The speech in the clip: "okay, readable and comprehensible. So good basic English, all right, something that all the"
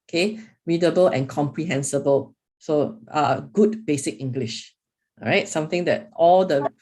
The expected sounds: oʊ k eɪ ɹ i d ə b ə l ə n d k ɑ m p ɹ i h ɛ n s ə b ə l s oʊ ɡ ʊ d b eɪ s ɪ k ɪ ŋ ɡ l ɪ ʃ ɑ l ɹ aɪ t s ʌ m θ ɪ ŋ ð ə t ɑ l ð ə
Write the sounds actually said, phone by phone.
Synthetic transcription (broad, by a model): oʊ k eɪ ɹ i d ə b ə l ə n k ɑ m p ɹ i h ɛ n s ə b ə l s oʊ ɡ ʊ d b eɪ s ɪ k ɪ ŋ ɡ l ɪ ʃ ɹ aɪ t s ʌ m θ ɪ ŋ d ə t ɑ l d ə